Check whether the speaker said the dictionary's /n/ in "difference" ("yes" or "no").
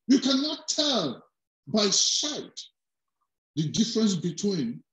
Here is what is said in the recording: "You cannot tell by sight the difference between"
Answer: yes